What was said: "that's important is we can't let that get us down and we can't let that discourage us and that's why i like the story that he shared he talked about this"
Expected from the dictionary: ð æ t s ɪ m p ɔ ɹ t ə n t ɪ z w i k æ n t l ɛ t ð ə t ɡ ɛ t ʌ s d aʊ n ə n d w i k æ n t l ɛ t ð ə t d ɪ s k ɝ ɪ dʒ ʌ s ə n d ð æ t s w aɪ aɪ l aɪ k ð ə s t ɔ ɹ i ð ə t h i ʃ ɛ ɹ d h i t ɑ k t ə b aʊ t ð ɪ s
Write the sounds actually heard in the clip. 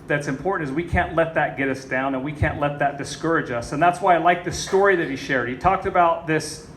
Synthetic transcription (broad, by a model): ð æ t s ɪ m p ɔ ɹ t n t ɪ z w i k æ n t l ɛ t ð ə t ɡ ɛ t ʌ s d aʊ n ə n w i k æ n t l ɛ t ð ə t d ɪ s k ɝ ɪ dʒ ʌ s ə n ð æ t s w aɪ aɪ l aɪ k ð ə s t ɔ ɹ i ð ə t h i ʃ ɛ ɹ d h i t ɑ k t ə b aʊ t ð ɪ s